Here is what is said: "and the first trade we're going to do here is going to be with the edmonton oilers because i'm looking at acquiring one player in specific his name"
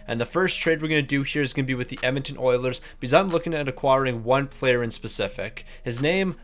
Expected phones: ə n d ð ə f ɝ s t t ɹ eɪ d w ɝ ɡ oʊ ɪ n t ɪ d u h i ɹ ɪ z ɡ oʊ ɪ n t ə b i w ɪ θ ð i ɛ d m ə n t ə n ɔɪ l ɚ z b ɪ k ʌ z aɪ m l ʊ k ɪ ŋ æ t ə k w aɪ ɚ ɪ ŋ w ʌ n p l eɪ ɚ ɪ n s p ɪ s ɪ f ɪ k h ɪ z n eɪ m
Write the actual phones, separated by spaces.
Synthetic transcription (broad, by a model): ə n ð ə f ɝ s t t ɹ eɪ d w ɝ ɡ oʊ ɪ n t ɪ d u h i ɹ ɪ z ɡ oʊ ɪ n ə b i w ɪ ð i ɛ m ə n t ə n ɔɪ l ɚ z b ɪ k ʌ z aɪ m l ʊ k ɪ ŋ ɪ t ə k w aɪ ɚ ɪ ŋ w ʌ n p l eɪ ɚ ɪ n s p ɪ s ɪ f ɪ k h ɪ z n eɪ m